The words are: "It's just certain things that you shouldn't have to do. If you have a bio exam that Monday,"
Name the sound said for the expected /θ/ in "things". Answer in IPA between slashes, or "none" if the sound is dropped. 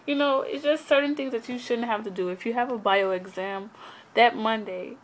/θ/